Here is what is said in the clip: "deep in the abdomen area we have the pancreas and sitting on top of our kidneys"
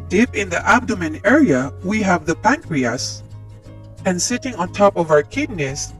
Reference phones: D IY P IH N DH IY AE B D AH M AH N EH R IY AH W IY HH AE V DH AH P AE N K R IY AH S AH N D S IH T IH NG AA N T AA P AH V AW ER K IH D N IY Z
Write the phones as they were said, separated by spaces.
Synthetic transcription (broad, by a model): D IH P IH N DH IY AE B D AH M AH N EH R IY AH W IY HH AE V DH AH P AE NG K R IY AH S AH N S IH T IH NG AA N T AA P AH V AW ER K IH D N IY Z